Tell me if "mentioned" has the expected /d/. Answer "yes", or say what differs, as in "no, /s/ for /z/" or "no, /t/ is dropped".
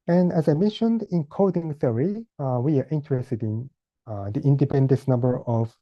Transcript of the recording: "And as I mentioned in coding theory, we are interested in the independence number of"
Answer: yes